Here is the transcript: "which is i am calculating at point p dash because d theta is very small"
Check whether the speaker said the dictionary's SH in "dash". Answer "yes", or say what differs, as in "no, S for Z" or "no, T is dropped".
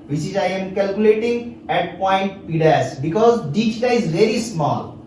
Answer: no, S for SH